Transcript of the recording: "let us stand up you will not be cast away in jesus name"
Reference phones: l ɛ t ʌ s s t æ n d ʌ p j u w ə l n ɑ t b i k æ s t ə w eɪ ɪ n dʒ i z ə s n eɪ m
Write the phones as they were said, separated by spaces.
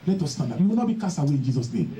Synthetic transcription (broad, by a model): l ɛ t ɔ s s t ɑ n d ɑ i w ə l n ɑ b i k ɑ s ə w eɪ ɪ n dʒ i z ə s n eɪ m